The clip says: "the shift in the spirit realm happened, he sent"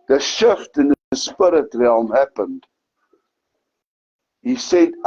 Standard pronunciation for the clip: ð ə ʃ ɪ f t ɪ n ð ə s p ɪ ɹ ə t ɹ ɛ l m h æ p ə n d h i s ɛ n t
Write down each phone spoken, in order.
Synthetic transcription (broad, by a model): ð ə ʃ ɪ f t ɪ n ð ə s p ɪ ɹ ə t ɹ ɛ l m h æ p ə n d h i s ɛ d